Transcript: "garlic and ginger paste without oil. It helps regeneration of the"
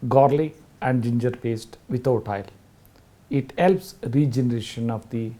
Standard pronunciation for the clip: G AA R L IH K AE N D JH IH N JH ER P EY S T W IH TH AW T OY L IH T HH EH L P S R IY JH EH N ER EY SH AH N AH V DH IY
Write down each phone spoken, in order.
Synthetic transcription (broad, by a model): G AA R L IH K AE N D JH IH N JH ER P EY S T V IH T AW T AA L IH T HH EH L P S R IY JH EH N ER EY SH AH N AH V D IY